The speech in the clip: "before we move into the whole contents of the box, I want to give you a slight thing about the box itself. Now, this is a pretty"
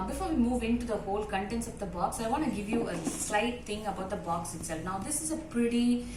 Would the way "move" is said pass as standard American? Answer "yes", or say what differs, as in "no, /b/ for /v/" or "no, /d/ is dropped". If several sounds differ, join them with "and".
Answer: yes